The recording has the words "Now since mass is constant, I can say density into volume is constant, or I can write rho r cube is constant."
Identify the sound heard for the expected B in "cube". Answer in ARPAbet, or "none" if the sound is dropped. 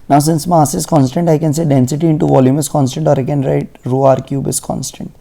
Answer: B